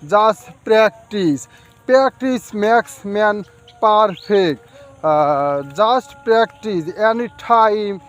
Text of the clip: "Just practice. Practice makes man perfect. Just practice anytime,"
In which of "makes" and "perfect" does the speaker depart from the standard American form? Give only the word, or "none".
perfect